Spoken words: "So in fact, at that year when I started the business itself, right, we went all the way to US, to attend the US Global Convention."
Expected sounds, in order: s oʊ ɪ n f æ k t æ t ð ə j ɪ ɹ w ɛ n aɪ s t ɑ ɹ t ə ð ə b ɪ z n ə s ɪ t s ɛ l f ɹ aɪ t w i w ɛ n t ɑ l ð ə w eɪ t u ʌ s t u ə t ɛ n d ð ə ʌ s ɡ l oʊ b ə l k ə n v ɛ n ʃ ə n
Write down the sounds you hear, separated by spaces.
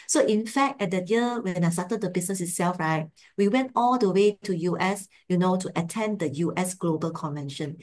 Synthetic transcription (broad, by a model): s oʊ ɪ n f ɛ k t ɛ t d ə j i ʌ w ɛ n aɪ s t ɑ t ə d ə b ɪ s n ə s ɪ t s ɛ l f ɹ aɪ t w i w ɛ n t ɑ l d ə w eɪ t u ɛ s t u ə t ɛ n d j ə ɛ s ɡ l oʊ b ə l k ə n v ɛ n ʃ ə n